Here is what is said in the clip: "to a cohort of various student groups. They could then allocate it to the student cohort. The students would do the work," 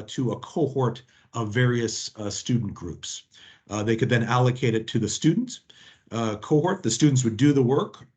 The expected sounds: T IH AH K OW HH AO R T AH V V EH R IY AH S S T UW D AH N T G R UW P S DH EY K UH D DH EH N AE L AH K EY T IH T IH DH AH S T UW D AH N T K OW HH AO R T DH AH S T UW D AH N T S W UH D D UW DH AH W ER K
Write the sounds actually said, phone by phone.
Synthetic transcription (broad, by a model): T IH AH K OW HH AO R T AH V V EH R IY AH S S T UW D N G R UW P S DH EY K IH D DH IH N AE L AH K EY T IH T IH DH AH S T UW D N T K OW HH AO R T DH AH S T UW D N T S W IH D D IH DH AH W ER K